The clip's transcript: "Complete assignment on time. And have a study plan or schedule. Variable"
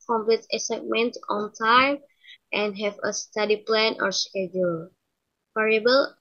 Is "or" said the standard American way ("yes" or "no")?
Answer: yes